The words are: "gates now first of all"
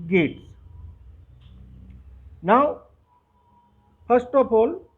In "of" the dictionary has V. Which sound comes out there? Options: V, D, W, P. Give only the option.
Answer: P